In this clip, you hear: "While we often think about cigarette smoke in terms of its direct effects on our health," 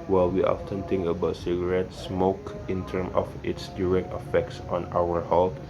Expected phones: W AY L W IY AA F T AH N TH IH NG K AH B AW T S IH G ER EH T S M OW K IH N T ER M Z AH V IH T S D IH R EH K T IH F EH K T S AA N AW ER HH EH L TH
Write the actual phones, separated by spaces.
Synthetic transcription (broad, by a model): W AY L W IY AA F T AH N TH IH NG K AH B AW T S IH G ER EH T S M OW K IH N T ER M AH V IH T S D IH R EH K T IH F EH K T S AA N AW ER HH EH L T